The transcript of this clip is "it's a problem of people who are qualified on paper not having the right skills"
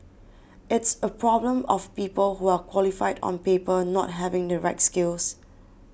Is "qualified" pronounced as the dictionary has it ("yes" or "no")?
yes